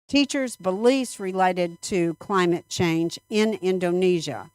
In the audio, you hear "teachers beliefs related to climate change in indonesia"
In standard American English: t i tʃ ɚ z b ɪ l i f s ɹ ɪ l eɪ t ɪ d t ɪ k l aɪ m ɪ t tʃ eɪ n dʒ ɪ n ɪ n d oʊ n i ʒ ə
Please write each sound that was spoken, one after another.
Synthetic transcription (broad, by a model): t i tʃ ɚ z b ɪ l i s ɹ ɪ l eɪ t ɪ d t ɪ k l aɪ m ɪ t tʃ eɪ n dʒ ɪ n ɪ n d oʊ n i ʒ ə